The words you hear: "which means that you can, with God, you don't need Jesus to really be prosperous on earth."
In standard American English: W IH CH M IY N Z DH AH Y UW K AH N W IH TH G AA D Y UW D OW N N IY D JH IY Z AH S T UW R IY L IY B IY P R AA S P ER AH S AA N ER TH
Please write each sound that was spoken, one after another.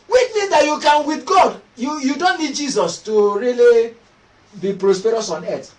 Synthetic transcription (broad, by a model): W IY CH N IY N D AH Y UW K AH N W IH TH G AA D Y UW D OW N N IY D JH IY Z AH S T UW R IY L IY B IY P R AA S P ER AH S AA N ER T